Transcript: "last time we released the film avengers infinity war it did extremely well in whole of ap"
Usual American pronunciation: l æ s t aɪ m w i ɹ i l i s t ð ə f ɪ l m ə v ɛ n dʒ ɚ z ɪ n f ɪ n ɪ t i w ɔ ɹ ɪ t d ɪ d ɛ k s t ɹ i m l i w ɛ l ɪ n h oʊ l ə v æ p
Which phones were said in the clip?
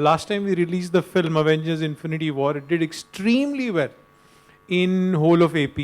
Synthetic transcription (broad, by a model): l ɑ s t aɪ m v i ɹ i l i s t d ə f ɪ l m ə v ɛ n dʒ ɚ z ɪ n f ɪ n ɪ t i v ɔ ɹ ɪ t d ɪ d ɛ k s t ɹ i m l i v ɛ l ɪ n h oʊ l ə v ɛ p